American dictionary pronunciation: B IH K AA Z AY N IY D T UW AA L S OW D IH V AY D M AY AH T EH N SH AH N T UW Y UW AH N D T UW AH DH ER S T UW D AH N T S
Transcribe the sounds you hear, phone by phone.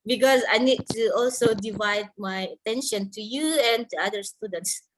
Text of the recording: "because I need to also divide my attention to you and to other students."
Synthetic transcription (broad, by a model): B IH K AA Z AY N IY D T UW AA L S OW D IH V AY D M AY AH T EH N SH AH N T UW Y UW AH N T UW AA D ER S T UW D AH N T S